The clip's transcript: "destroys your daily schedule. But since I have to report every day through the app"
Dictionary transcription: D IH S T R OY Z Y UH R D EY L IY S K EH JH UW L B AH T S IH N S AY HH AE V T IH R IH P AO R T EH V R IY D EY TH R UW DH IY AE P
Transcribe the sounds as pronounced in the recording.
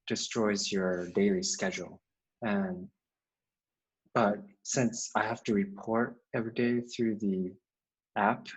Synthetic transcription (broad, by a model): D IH S T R OY Z Y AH R D EY L IY S K EH JH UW N B AH T S IH N S AY HH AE F T IH R IH P AO R T EH V R IY D EY TH R UW DH IY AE P